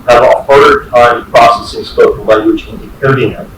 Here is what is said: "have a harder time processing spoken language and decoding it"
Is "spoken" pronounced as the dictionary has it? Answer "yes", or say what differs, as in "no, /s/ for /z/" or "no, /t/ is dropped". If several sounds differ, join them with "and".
no, /k/ is dropped